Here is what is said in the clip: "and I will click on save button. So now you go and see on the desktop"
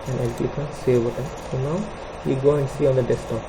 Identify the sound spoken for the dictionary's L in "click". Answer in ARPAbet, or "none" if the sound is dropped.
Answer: none